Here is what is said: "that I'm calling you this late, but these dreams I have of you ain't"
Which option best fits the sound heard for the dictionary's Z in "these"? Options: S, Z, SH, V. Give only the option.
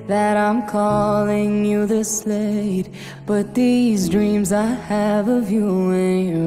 Z